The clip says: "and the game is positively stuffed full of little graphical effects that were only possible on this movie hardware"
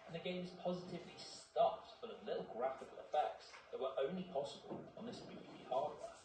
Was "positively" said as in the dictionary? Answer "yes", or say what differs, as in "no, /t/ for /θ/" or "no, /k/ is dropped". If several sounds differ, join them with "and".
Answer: yes